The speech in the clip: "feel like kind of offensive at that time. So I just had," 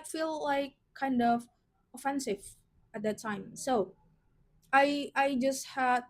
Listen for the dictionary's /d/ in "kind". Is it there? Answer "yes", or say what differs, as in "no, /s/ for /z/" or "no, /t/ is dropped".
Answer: yes